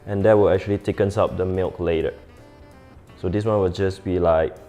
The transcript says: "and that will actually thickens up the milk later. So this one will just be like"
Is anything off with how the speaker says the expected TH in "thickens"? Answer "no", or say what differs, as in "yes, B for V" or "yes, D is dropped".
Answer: yes, T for TH